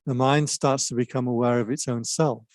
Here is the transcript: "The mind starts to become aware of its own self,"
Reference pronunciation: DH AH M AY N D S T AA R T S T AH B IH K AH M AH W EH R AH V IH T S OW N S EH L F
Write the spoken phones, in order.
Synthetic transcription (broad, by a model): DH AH M AY N D S T AA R T S T AH B IH K AH M AH W EH R AH V IH T S OW N S EH L F